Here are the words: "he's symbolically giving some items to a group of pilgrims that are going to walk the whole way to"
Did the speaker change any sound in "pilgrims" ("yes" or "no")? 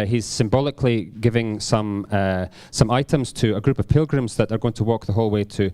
no